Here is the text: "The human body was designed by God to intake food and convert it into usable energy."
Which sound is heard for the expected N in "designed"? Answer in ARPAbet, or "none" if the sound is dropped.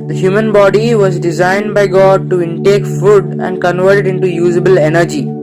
N